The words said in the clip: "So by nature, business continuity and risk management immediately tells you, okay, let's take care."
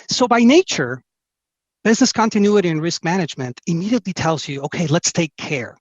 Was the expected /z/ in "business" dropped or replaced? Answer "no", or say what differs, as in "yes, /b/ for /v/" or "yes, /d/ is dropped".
no